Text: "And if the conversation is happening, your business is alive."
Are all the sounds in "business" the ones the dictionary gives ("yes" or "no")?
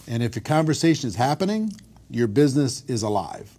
yes